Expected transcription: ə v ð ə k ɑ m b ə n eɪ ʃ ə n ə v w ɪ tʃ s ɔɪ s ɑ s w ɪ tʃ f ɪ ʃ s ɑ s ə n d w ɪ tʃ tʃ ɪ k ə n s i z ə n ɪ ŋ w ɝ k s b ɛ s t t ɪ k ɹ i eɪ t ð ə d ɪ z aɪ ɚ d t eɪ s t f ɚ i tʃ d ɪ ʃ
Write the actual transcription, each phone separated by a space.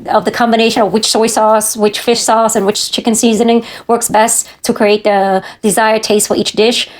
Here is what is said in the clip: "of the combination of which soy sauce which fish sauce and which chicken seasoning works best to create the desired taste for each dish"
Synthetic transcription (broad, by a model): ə v ð ə k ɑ m b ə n eɪ ʃ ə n ə v w ɪ tʃ s ɔɪ s ɑ s w ɪ tʃ f ɪ ʃ s ɑ s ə n w ɪ tʃ tʃ ɪ k ə n s i z ə n ɪ ŋ w ɝ k s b ɛ s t t ɪ k ɹ i eɪ t ð ə d ɪ z aɪ ɚ d t eɪ s t f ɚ i tʃ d ɪ ʃ